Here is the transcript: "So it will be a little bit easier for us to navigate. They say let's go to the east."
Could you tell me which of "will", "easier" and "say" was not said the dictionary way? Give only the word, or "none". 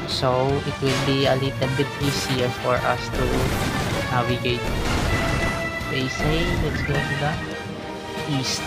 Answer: easier